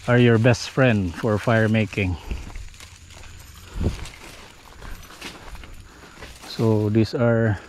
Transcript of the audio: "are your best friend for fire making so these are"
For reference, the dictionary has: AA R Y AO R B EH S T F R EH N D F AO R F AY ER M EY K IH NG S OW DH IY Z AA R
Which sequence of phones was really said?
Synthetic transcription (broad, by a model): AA R Y AO R B EH S T F R EH N D F AO R F AY ER M EY K IH NG S OW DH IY S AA R